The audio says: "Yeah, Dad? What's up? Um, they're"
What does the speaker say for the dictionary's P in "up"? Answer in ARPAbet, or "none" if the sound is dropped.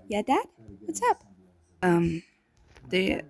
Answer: P